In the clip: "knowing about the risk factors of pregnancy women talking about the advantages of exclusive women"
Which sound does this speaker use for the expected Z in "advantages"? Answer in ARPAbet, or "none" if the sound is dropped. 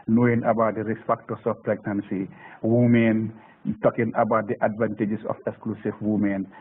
S